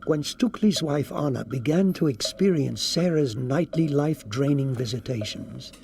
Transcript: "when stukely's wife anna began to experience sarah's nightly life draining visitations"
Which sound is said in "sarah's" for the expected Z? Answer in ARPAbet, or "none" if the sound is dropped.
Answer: Z